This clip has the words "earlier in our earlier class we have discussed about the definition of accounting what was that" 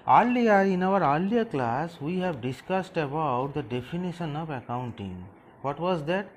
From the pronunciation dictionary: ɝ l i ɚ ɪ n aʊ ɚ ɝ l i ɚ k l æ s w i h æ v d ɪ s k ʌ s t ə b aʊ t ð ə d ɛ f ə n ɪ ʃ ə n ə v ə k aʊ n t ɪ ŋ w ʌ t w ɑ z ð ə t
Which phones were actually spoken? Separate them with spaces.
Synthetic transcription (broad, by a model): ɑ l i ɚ ɪ n aʊ ɚ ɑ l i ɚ k l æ s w i h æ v d ɪ s k ʌ s t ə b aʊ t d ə d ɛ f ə n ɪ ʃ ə n ə v ə k aʊ n t ɪ ŋ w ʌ t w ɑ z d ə t